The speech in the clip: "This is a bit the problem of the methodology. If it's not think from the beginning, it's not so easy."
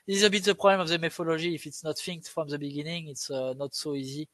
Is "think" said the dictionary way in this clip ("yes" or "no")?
no